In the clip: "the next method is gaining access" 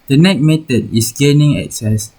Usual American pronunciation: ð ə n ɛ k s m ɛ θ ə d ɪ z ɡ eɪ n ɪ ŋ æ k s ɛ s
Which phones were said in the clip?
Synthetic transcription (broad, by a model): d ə n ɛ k m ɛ t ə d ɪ s ɡ eɪ n ɪ ŋ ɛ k s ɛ s